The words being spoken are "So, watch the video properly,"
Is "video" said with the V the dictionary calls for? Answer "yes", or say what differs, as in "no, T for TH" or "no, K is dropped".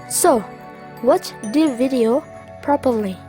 yes